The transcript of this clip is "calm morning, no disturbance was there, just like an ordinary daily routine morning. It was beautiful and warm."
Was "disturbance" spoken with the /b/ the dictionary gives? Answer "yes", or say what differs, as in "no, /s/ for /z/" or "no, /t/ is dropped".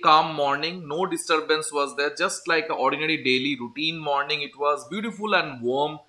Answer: yes